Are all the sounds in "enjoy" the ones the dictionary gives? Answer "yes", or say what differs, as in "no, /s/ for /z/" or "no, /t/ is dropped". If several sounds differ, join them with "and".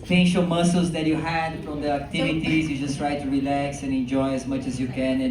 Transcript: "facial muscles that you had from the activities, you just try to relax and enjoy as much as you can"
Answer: yes